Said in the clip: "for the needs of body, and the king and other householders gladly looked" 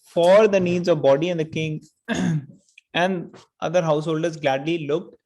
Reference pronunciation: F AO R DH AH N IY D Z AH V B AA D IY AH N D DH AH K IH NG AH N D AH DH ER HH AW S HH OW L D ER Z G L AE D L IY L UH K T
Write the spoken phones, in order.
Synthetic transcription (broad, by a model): F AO R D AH N IY D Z AH V B AA D IY AH N D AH K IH NG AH N D AH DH ER HH AW S HH OW L D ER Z G L AE D L IY L UH K T